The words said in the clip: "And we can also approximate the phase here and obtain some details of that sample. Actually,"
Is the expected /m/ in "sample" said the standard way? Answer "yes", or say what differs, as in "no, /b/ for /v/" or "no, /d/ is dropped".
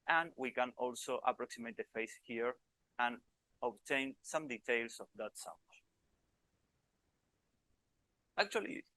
no, /m/ is dropped